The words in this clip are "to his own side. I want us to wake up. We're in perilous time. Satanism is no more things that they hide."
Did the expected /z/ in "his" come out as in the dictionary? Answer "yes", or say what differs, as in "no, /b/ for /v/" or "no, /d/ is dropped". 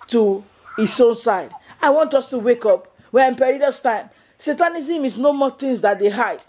no, /s/ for /z/